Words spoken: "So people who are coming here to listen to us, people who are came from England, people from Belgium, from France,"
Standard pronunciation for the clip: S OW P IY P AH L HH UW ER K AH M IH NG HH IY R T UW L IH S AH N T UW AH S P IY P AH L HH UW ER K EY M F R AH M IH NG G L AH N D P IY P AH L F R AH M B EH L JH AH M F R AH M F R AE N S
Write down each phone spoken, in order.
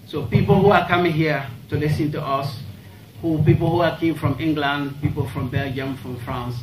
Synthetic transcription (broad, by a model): S OW P IY P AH L HH UW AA K AH M IH NG HH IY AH T UW L IH S AH N T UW AH S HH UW P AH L HH UW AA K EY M F R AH M IH NG G L AH N D P IY P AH L F R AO M B EH L JH AH M F R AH M F R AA N S